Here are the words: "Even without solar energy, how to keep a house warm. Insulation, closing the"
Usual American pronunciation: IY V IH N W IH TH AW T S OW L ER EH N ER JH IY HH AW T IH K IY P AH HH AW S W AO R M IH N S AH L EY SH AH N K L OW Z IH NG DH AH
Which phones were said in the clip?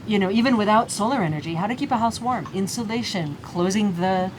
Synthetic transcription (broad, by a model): IY V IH N W IH TH AW T S OW L ER EH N ER JH IY HH AW T IH K IY P AH HH AW S W AO R M IH N S AH L EY SH AH N K L OW Z IH NG DH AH